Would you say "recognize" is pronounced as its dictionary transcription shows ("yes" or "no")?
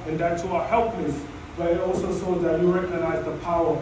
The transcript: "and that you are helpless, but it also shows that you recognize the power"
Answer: yes